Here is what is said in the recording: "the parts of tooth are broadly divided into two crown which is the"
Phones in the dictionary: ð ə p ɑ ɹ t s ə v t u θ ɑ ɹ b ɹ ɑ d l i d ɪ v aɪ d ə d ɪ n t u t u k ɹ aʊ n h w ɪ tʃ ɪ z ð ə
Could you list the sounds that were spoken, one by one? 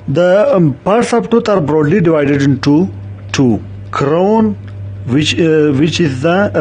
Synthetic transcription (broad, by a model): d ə p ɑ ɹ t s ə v t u t ɑ ɹ b ɹ ɑ d l i d ɪ v aɪ d ə d ɪ n t u t u k ɹ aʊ n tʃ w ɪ tʃ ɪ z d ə